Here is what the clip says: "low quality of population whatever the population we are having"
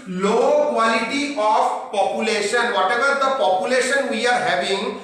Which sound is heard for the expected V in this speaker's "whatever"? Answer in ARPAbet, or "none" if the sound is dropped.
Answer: B